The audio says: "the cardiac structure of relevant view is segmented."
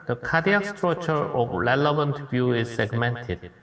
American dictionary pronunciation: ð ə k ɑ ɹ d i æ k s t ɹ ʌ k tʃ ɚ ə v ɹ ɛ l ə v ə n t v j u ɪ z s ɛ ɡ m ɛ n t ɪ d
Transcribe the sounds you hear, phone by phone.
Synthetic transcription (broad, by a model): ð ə k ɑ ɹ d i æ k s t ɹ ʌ tʃ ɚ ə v ɹ ɛ l ə v ə n t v j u ɪ z s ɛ ɡ m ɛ n t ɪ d